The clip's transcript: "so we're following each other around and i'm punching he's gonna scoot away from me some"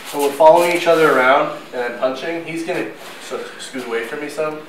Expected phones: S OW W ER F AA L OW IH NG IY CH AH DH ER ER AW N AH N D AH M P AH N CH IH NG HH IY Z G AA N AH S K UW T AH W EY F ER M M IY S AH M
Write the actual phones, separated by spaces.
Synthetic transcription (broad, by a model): S OW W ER F AA L OW IH NG IY CH AH DH ER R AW AH N D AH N P AH N CH IH NG HH IY Z G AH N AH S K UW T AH W EY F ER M M IY S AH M